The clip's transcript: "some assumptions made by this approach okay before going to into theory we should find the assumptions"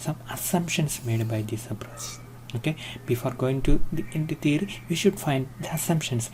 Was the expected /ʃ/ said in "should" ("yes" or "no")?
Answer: yes